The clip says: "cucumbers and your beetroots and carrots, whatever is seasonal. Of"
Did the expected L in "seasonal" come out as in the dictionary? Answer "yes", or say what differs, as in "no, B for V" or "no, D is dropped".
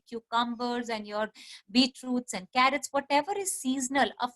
yes